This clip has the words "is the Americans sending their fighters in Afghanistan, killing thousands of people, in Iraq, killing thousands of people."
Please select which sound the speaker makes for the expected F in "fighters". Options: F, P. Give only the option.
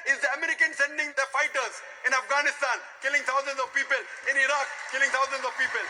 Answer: F